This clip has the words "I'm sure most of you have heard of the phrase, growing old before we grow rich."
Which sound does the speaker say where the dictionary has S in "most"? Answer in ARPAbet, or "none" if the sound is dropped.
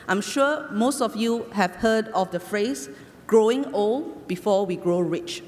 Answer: S